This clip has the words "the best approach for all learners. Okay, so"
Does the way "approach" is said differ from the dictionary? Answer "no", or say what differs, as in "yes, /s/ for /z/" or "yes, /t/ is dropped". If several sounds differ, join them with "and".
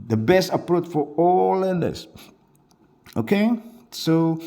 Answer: no